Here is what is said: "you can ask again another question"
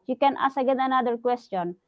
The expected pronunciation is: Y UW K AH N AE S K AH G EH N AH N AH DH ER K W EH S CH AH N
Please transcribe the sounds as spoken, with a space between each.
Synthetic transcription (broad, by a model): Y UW K AH N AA S AH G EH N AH N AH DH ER K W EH S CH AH N